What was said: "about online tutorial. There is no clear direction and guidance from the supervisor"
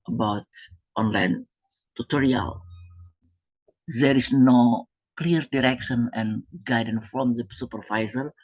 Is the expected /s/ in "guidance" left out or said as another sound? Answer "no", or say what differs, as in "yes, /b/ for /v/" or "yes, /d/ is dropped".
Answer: yes, /s/ is dropped